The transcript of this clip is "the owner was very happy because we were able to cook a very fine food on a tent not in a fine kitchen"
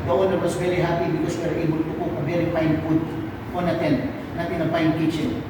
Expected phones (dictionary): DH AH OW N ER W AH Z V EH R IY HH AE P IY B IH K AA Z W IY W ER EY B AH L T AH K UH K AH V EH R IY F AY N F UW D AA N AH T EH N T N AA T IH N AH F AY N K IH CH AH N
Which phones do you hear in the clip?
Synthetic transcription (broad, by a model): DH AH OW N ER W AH S V EH R IY HH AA P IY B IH K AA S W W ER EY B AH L T AH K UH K AH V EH R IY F AY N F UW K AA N AH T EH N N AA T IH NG AH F AY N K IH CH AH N